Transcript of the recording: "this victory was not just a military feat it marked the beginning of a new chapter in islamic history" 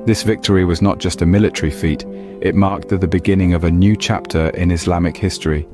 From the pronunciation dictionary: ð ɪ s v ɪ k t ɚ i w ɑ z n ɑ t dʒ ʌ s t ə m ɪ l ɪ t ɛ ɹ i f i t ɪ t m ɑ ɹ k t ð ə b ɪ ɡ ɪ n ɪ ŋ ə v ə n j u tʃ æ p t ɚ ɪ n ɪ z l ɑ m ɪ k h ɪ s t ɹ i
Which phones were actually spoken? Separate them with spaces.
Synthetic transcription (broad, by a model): ð ɪ s v ɪ k t ɚ i w ɑ z n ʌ t dʒ ʌ s t ə m ɪ l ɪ t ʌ ɹ i f i t ɪ t m ɑ k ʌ ð ə b ɪ ɡ ɪ n ɪ ŋ ə v ə n j u tʃ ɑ p t ɚ ɪ n ɪ z l ɑ m ɪ k h ɪ s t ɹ i